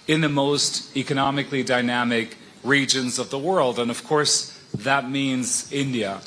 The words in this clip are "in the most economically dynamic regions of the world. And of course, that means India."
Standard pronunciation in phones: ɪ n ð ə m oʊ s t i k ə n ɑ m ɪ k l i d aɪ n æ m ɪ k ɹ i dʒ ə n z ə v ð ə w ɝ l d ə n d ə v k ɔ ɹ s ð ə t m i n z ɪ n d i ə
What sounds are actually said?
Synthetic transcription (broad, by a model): ɪ n ð ə m oʊ s t i k ə n ɑ m ɪ k l i d aɪ n æ m ɪ k ɹ i dʒ ə n z ə v ð ə w ɝ l d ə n ə v k ɔ ɹ s ð ə t m i n z ɪ n d i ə